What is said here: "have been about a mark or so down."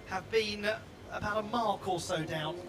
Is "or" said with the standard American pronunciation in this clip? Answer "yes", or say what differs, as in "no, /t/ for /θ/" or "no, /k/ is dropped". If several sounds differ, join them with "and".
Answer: no, /l/ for /ɹ/